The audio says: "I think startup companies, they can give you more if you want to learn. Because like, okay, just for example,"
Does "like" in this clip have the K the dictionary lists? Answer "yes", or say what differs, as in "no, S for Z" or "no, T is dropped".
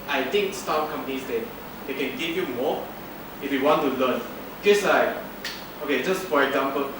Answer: no, K is dropped